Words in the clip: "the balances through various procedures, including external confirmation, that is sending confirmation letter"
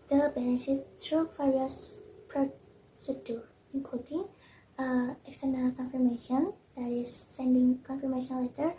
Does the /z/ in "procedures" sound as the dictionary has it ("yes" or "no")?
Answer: no